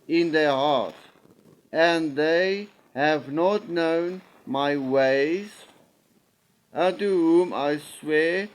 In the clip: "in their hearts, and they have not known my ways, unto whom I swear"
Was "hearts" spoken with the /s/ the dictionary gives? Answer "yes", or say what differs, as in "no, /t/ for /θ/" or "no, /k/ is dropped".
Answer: no, /s/ is dropped